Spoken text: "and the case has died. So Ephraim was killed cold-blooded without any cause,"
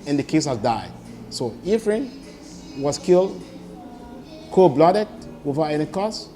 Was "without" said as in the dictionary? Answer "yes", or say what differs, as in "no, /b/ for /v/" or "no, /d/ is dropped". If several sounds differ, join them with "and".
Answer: no, /t/ is dropped